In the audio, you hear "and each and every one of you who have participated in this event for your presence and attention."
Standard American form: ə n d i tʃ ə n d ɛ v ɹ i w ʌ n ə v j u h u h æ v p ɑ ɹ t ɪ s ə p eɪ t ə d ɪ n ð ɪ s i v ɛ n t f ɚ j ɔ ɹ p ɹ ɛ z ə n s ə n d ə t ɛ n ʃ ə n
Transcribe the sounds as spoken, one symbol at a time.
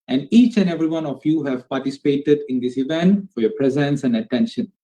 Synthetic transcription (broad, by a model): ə n d i tʃ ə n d ɛ v ɹ i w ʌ n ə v j u h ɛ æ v p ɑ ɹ t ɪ s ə p eɪ t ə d ɪ n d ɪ s i v ɛ n t f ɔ j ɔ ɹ p ɹ ɛ z ə n s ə n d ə t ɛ n ʃ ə n